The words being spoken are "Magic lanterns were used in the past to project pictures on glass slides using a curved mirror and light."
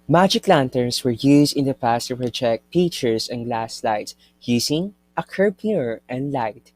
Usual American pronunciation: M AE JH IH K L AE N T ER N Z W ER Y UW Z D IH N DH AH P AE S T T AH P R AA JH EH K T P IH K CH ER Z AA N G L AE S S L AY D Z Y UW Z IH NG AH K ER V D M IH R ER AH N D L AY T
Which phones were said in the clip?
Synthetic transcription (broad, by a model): M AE JH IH K L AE N T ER N S W ER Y UW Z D IH N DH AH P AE S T T AH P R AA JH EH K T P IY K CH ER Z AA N G L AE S S L AY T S Y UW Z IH NG AH K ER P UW R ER AH N D L AY T